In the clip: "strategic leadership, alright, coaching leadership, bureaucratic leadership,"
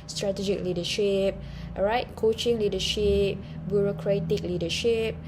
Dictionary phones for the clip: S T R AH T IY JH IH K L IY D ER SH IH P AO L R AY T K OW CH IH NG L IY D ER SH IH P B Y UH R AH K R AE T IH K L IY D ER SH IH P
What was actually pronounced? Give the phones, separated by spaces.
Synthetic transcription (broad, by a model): S T R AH T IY JH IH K L IY D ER SH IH P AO R AY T K OW CH IH NG L IY D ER SH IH P B Y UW R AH K R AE T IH K L IY D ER SH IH P